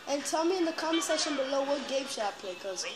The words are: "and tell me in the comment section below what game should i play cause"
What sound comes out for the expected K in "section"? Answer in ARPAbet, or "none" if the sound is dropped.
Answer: none